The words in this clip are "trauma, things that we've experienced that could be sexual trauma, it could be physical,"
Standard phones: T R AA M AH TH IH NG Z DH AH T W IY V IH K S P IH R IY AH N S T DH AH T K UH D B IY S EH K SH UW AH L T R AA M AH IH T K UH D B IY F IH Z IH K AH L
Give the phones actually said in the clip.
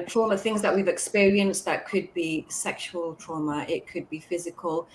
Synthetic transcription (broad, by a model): T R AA M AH TH IH NG Z DH AH T W IY V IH K S P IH R IY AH N S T DH AH T K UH D B IY S EH K SH UW AH L T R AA M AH IH T K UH D B IY F IH Z IH K AH L